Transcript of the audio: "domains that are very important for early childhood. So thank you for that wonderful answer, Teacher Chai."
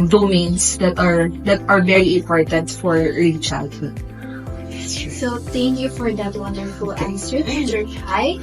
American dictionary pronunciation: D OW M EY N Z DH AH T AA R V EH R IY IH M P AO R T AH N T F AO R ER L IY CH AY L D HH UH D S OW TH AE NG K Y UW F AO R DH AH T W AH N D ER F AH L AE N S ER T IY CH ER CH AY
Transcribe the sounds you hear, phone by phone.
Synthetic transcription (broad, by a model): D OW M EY N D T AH T AA R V EH R IY IH M P AO R T AH N T F AO R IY CH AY L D HH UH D S OW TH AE NG K Y UW F AO R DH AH T W AH N D ER F AH L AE S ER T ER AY